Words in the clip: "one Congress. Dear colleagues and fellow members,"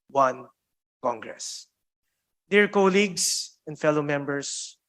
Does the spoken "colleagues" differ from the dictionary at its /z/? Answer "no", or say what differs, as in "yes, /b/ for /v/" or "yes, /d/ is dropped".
yes, /s/ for /z/